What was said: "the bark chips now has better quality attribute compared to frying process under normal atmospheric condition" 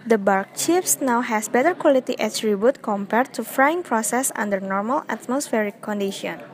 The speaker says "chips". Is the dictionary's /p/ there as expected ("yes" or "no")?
no